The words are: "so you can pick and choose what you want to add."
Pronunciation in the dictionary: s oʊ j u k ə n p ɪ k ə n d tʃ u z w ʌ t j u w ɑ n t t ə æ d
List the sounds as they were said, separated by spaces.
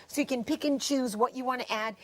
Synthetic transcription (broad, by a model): s oʊ j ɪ k ə n p ɪ k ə n tʃ u z w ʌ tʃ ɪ w ɑ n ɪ t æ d